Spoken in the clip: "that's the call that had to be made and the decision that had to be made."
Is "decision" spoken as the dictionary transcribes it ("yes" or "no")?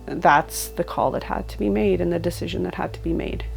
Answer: yes